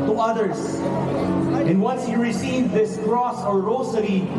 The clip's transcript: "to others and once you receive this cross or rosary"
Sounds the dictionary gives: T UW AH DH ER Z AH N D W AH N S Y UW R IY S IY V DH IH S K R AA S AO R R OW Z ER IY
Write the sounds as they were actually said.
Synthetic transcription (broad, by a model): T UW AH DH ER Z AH N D W AH N S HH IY R IY S IY V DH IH S K R AA S AO R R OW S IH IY